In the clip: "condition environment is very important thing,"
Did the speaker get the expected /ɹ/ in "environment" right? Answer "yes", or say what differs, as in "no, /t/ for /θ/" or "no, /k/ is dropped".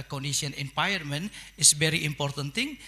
no, /ɹ/ is dropped